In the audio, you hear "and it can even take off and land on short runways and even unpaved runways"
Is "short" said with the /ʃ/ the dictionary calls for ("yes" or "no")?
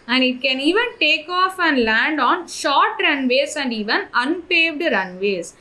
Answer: yes